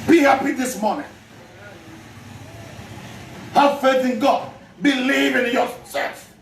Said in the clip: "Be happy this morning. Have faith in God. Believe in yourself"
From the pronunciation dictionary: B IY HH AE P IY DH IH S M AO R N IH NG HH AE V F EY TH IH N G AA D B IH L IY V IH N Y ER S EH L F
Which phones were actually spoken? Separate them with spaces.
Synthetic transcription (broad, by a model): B IY HH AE P IY DH IH S M AO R N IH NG HH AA F EY TH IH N G AA D B IH L IY V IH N Y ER S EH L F